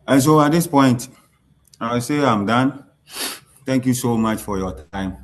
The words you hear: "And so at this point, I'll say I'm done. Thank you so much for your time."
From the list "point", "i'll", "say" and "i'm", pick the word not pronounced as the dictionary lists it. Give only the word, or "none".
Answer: i'll